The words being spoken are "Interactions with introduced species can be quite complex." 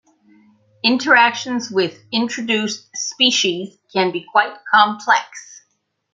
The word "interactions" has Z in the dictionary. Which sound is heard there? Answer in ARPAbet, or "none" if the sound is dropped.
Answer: Z